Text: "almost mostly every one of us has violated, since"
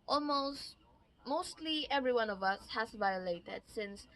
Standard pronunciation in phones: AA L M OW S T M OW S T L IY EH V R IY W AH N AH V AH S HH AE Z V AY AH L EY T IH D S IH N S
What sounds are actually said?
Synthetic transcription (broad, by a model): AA L M OW S T M OW S T L IY EH V R IY W AH N AH V AH S HH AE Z V AY AH L EY T IH D S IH N S